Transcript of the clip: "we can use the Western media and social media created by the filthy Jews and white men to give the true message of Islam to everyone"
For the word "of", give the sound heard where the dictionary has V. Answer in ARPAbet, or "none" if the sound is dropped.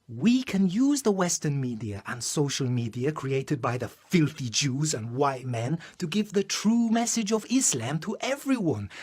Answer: V